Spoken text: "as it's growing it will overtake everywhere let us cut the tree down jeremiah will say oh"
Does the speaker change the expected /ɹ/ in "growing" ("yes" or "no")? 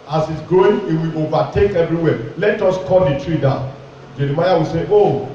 yes